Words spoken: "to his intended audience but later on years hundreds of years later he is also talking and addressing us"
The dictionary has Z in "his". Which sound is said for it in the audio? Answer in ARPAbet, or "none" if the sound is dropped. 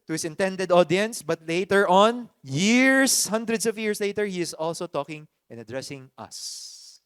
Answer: S